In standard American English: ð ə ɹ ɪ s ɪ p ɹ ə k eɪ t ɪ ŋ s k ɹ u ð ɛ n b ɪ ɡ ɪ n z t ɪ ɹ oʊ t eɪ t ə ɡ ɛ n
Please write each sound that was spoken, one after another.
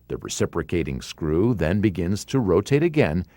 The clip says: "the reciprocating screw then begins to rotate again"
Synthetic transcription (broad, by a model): ð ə ɹ ɪ s ɪ p ɹ ə k eɪ t ɪ ŋ s k ɹ u ð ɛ n b ɪ ɡ ɪ n z t ɪ ɹ oʊ t eɪ t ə ɡ ɛ n